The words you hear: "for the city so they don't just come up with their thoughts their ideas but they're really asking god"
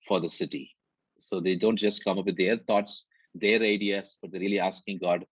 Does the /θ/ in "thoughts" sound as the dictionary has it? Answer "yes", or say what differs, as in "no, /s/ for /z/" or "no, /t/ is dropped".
no, /t/ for /θ/